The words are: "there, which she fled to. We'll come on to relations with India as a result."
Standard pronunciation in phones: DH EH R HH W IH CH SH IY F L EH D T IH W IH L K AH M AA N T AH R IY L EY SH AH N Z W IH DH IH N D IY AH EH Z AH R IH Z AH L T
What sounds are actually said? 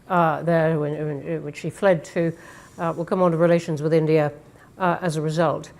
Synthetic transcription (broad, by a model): DH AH R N W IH CH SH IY F L EH D T IH W IH L K AH M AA N T AH R IY L EY SH AH N Z W IH DH IH N D IY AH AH Z AH R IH Z AH L T